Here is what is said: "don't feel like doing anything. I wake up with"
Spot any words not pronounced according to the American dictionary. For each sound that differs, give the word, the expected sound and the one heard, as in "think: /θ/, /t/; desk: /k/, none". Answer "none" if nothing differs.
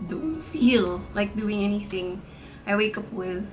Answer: none